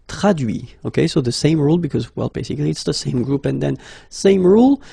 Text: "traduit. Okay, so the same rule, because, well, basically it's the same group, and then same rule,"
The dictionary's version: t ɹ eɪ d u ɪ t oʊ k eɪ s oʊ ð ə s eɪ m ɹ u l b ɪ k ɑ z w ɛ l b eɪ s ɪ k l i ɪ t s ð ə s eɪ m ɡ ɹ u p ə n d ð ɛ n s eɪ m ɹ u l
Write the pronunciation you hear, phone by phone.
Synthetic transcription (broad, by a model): t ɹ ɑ d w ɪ oʊ k eɪ s oʊ ð ə s eɪ m ɹ u l b ɪ k ɑ z w ɛ l b eɪ s ɪ k l i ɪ t s ð ə s eɪ m ɡ ɹ u p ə n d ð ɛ n s eɪ m ɹ u l